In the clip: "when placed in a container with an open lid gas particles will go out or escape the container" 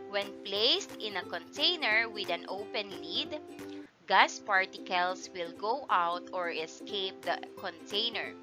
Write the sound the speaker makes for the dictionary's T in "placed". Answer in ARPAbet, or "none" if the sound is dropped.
T